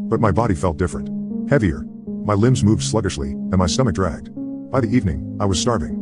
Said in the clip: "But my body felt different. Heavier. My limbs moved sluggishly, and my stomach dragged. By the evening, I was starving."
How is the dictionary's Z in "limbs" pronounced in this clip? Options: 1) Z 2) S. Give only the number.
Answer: 1